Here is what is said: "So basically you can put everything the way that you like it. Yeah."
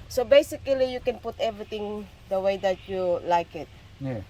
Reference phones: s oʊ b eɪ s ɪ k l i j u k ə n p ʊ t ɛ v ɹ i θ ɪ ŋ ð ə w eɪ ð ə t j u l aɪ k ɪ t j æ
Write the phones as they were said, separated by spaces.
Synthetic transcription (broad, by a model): s oʊ b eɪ s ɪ k l i j u k ə n p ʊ t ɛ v ɹ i t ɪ ŋ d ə w eɪ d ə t j u l aɪ k ɪ t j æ